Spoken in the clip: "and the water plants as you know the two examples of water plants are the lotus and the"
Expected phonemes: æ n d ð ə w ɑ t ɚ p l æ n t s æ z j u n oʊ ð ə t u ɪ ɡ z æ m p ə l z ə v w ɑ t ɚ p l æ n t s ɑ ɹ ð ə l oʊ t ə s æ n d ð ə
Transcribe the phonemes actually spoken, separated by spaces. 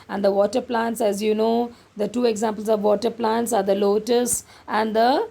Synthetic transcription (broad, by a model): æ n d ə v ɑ t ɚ p l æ n t s æ z j u n oʊ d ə t u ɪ ɡ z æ m p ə l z ə v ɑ t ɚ p l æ n t s ɑ ɹ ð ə l oʊ t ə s æ n d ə